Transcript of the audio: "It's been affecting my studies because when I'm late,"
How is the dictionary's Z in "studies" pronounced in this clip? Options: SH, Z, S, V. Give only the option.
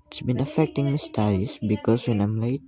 S